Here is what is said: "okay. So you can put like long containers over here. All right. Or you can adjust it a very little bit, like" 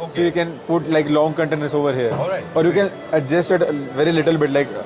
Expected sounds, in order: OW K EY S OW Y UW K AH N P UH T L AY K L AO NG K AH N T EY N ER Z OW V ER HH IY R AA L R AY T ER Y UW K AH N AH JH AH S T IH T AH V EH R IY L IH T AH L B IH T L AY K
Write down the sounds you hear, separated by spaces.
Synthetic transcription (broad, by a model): S OW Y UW K AH N P UH T L AY K L AO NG K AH N T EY N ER S OW V ER HH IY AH R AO T Y UW K AH N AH JH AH S T IH T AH V EH R IY L IH T AH L B IH T L AY K